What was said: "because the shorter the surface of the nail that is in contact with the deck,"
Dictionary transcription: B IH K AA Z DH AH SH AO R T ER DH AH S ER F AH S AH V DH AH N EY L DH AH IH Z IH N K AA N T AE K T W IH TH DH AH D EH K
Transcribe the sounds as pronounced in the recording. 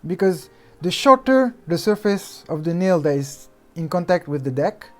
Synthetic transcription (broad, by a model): B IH K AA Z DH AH SH AO R T ER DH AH S ER F AH S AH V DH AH N EY L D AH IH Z IH N K AA N T AE K T W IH DH AH D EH K